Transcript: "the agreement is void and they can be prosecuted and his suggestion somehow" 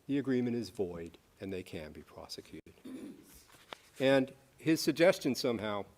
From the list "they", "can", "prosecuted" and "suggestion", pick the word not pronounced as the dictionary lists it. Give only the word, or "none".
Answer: none